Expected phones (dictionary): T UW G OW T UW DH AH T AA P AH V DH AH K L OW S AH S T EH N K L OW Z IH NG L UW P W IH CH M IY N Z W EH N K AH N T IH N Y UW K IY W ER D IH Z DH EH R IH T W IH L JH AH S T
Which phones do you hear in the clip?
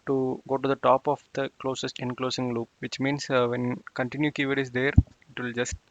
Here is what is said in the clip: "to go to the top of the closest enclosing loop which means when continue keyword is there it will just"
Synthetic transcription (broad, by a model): T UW G OW T UW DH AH T AA P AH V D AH K L OW S AH S T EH N K L OW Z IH NG L UW P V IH CH M IY N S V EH N K AH N T IH N Y UW K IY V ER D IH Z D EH R IH T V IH L JH AH S T